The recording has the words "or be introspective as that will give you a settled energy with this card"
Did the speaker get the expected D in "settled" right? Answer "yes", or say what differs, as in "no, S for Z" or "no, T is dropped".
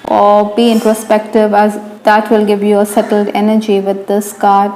yes